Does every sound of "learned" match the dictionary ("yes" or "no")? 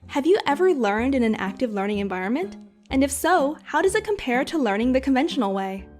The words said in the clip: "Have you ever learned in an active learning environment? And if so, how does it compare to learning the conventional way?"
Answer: yes